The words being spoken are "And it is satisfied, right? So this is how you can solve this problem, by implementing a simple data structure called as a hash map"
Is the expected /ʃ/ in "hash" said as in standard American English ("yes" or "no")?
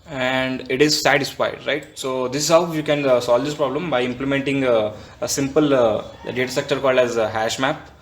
yes